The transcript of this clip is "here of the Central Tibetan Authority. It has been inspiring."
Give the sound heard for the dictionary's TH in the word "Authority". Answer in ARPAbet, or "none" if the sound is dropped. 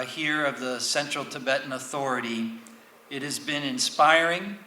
TH